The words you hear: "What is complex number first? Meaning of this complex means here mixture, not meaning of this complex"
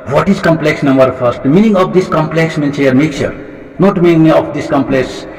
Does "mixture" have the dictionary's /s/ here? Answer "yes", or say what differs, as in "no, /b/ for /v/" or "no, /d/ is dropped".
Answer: no, /s/ is dropped